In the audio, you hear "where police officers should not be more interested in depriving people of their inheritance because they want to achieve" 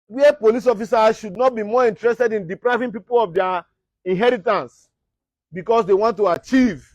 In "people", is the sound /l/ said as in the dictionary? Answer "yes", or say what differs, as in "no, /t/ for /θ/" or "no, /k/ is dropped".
yes